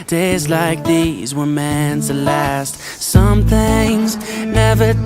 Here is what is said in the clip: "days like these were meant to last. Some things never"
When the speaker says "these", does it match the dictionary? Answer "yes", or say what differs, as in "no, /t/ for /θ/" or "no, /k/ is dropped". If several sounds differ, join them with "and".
yes